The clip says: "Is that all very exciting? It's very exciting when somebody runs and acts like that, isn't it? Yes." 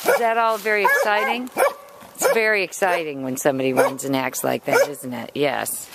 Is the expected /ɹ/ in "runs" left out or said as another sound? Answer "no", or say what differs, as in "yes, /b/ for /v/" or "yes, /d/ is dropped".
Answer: yes, /w/ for /ɹ/